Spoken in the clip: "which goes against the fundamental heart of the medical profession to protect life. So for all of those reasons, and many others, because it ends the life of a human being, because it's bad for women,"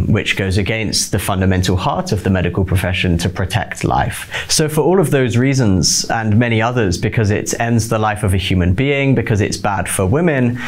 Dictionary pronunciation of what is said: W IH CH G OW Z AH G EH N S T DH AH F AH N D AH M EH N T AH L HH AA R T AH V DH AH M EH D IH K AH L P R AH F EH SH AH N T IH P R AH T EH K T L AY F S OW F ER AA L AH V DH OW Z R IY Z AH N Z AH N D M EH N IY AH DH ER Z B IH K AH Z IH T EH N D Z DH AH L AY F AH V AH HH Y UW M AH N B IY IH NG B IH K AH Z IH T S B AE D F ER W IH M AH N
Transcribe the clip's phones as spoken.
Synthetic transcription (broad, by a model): W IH CH G OW Z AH G EH N S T DH AH F AH N D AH M EH N T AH L HH AA R T AH V DH AH M EH D IH K AH L P R AH F EH SH AH N T IH P R AH T EH K T L AY F S OW F ER AA L AH V DH OW Z R IY Z AH N Z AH N M EH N IY AH DH ER Z B IH K AH Z IH T EH N D Z DH AH L AY F AH V AH HH Y UW M AH N B IY IH NG B IH K AH Z IH T S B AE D F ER W IH M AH N